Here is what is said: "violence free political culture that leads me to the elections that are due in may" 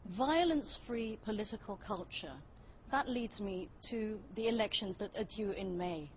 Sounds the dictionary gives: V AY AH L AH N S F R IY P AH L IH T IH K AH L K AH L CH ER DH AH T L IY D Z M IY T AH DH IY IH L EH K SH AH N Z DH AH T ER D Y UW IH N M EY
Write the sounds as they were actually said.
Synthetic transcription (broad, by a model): V AY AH L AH N S F R IY P AH L IH T IH K AH L K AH L CH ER DH AH T L IY D Z M IY T AH DH IY IH L EH K SH AH N Z DH AH T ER D Y UW IH N M EY